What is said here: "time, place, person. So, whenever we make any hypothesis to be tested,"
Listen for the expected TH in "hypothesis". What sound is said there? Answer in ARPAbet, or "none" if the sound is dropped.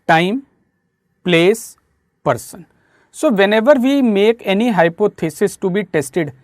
T